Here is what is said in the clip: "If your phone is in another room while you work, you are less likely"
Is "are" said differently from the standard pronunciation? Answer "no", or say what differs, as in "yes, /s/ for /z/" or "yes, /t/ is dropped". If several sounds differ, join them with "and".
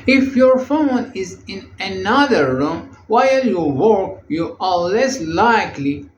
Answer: yes, /l/ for /ɹ/